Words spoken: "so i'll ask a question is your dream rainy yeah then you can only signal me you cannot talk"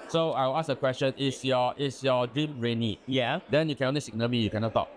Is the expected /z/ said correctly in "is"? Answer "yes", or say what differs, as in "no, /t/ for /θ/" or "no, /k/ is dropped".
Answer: no, /s/ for /z/